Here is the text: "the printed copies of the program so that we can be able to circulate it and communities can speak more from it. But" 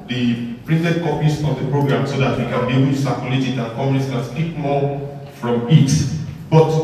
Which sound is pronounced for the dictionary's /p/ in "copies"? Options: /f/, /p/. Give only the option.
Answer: /f/